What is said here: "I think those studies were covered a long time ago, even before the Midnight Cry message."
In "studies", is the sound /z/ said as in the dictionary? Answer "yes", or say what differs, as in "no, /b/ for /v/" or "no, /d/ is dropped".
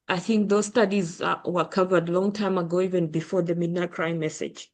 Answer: yes